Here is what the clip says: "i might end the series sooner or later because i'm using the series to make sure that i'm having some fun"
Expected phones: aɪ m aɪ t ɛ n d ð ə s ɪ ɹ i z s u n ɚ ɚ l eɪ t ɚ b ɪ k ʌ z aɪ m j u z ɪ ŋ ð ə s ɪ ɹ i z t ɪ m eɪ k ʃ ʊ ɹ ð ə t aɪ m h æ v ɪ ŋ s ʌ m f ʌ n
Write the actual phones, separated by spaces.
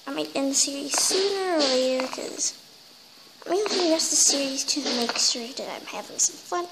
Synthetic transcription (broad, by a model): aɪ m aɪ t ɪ n ð ə s ɪ ɹ i z s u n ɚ ɚ l eɪ t ɚ k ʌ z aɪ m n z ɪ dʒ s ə s ɪ ɹ i z t ɪ m eɪ k s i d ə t aɪ m h æ v ɪ ŋ s ʌ m f ʌ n